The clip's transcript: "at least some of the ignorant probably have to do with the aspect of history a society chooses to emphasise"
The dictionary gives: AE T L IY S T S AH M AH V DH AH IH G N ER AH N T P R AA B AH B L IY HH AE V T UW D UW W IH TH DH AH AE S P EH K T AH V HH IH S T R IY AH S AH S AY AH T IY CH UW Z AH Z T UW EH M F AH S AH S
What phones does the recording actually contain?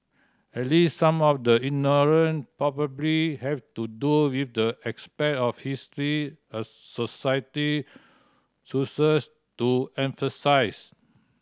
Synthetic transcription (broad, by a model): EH T L IY S T S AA M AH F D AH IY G N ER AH N P R AA B AH B L IY HH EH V T UW D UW W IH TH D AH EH S P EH T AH F HH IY S T R IY AH S AH S AY AH T IY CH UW S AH S T UW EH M F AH S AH S